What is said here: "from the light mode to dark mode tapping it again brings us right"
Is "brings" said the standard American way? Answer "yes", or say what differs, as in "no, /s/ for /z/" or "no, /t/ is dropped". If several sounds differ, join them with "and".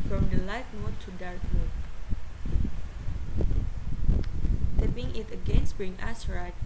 no, /z/ is dropped